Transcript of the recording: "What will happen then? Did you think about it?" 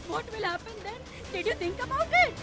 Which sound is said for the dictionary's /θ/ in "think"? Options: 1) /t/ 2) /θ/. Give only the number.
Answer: 1